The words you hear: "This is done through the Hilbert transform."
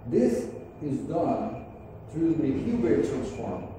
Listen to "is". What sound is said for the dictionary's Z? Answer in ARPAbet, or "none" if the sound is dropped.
Z